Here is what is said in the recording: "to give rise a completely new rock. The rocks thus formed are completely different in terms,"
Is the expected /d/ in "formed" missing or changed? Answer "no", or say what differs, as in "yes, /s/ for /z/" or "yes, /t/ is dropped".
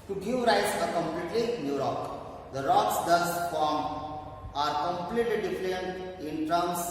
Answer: yes, /d/ is dropped